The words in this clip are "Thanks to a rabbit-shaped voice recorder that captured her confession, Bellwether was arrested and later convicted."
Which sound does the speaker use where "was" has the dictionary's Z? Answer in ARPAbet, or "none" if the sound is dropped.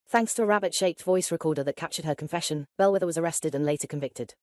Z